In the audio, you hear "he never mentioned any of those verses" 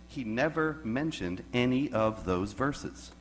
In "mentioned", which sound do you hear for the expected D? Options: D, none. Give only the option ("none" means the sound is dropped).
D